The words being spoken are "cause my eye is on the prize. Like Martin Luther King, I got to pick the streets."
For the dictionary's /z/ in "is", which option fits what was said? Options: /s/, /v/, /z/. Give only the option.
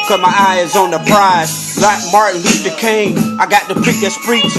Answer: /z/